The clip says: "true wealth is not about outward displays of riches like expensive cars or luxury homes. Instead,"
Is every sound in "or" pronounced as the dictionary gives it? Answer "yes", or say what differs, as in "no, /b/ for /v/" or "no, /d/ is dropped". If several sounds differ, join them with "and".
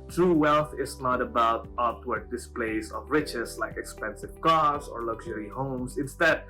yes